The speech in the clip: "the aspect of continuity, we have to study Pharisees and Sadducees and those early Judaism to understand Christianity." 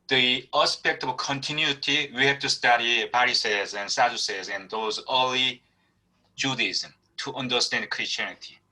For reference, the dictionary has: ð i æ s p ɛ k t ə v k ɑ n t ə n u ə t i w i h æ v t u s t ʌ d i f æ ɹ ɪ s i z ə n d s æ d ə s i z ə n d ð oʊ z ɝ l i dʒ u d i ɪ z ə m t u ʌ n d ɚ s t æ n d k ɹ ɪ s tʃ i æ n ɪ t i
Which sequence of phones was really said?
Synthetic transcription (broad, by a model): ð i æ s p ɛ k t ə v k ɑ n t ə n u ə t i w i h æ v t u s t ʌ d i p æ ɹ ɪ s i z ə n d s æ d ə s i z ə n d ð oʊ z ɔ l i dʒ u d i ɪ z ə m t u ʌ n d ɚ s t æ n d k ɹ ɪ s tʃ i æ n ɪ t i